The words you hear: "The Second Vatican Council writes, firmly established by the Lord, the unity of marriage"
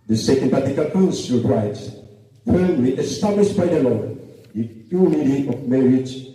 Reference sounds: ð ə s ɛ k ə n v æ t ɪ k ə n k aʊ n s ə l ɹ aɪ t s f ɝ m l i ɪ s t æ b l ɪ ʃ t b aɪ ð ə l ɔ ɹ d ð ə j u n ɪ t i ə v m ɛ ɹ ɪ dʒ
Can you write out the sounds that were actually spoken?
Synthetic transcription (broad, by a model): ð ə s ɛ k ə n p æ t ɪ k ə l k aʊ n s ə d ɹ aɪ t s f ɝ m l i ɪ s t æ b l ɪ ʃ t b aɪ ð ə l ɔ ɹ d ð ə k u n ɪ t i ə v m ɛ ɹ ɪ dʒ